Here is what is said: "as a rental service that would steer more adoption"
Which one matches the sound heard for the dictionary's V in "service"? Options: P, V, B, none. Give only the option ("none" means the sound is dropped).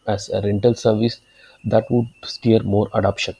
V